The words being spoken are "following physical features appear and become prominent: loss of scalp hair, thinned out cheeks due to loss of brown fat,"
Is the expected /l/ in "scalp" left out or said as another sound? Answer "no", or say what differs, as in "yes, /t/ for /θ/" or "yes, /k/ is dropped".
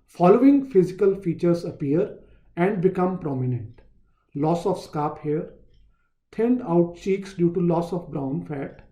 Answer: yes, /l/ is dropped